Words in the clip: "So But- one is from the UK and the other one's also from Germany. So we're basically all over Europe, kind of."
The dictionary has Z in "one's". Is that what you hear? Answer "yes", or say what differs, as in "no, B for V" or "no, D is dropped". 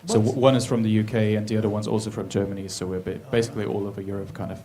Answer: yes